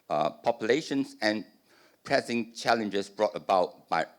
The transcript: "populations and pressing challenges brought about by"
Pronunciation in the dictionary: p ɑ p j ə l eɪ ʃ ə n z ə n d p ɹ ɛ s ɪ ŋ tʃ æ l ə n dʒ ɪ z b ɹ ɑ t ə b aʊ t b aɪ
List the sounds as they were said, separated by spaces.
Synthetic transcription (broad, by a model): p ɑ p j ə l eɪ ʃ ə n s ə n p ɹ ɛ s ɪ ŋ tʃ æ l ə n dʒ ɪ s b ɹ ɑ t ə b aʊ t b aɪ